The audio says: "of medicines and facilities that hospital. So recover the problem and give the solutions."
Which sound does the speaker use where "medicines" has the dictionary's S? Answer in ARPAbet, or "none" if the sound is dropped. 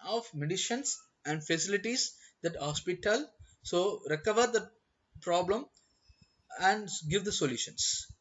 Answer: SH